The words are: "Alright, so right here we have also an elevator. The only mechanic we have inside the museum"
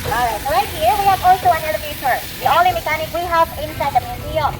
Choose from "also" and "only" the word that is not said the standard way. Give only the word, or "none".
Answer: only